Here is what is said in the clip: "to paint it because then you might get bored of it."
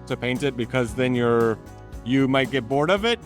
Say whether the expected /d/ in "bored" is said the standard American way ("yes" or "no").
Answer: yes